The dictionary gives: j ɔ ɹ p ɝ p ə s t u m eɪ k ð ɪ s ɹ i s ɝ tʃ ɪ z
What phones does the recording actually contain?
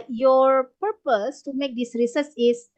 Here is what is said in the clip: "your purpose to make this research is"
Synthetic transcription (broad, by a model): j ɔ ɹ p ɝ p ə s t u m eɪ k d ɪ s ɹ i s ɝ s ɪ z